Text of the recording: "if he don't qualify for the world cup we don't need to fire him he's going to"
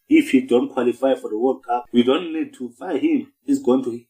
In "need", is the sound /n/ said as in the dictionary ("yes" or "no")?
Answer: yes